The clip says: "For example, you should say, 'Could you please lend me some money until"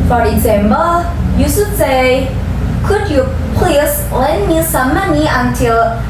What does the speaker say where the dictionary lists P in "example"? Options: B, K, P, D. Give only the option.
B